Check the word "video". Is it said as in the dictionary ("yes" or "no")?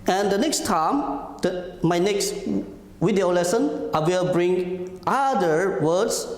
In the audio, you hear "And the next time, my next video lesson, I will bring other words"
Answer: no